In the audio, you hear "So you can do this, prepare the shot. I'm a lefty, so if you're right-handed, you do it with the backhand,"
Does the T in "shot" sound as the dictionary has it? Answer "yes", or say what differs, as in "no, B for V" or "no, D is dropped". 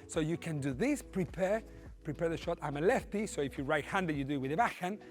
yes